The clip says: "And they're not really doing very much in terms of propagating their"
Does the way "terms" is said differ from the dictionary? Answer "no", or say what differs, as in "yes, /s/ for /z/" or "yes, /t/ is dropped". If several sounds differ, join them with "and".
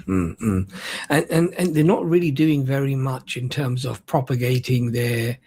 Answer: no